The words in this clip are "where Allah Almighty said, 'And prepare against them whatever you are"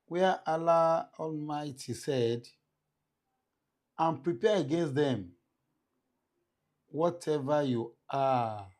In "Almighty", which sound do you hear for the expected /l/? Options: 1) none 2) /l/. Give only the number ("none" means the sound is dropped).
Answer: 2